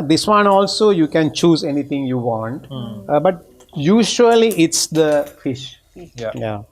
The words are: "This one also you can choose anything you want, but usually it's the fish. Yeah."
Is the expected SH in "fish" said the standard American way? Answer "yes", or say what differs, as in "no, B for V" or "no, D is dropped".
yes